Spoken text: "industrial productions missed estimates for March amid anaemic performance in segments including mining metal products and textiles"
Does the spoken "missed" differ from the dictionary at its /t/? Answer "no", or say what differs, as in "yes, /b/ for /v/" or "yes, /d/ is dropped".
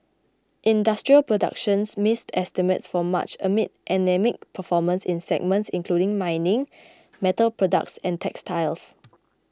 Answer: no